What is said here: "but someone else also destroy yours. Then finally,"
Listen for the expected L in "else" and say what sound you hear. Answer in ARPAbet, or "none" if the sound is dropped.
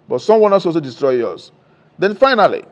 none